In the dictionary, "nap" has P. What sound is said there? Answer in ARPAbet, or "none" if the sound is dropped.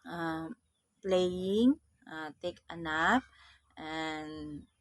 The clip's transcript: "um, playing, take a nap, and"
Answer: F